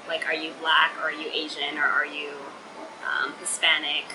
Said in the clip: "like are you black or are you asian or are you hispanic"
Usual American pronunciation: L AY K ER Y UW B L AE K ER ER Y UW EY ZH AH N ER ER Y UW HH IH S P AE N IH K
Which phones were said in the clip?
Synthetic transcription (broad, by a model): L AY K ER Y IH B L AE K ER ER Y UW EY ZH AH N ER ER Y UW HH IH S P AE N IH K